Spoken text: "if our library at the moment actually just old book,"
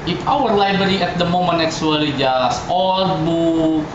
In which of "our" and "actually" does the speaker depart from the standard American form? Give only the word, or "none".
actually